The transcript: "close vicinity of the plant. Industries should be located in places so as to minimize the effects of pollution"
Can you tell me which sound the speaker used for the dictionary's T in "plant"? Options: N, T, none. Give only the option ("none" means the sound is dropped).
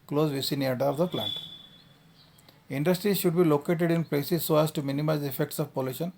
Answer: T